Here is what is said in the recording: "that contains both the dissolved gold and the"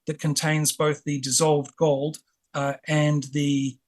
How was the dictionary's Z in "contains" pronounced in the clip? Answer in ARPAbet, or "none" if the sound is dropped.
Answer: Z